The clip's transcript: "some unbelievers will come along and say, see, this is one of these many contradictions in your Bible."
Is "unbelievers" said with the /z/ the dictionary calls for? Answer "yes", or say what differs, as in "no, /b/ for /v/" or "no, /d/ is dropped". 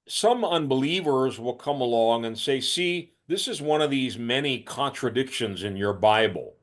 yes